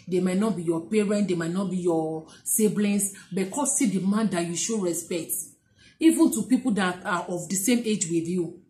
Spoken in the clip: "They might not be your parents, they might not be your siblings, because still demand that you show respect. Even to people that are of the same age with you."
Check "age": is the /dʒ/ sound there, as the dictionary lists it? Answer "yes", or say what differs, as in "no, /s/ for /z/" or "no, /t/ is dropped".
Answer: yes